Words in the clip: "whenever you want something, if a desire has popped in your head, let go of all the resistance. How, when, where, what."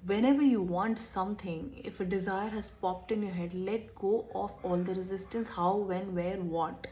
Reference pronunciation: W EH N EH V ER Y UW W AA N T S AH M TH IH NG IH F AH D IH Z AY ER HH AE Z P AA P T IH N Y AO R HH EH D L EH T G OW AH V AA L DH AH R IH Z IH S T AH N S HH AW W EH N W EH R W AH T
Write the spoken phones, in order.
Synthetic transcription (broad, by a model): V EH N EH V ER Y UW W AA N T S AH M T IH NG IH F AH D IH Z AY ER HH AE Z P AA P T IH N Y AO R HH EH D L EH T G OW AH F AA L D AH R IH Z IH S T AH N S HH AW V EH N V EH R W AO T